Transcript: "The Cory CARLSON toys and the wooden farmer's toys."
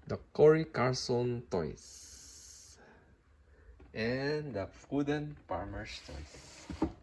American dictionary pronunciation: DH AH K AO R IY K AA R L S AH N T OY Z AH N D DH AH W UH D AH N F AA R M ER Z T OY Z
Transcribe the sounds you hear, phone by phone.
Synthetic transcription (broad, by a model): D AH K AO R IY K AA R S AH N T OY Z AH N D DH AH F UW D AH N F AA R M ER S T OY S